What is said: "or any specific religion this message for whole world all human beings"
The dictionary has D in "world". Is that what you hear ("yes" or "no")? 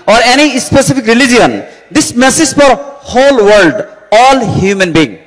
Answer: yes